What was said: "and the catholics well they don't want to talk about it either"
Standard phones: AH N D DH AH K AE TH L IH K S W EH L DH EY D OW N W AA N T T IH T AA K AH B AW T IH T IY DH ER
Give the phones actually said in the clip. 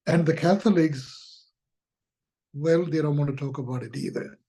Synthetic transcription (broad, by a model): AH N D DH AH K AE TH L IH K S W EH L DH EY D OW N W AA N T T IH T AA K AH B AW T IH T IY DH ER